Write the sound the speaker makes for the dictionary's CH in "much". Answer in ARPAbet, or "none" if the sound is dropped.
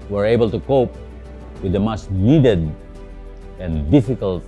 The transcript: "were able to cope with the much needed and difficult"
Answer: S